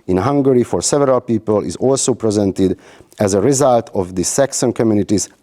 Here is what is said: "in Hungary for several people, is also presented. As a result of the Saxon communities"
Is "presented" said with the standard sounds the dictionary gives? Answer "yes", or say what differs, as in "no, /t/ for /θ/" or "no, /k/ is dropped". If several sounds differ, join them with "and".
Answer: yes